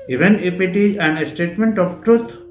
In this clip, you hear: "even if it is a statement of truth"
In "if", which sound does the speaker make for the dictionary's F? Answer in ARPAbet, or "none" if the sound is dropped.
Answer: P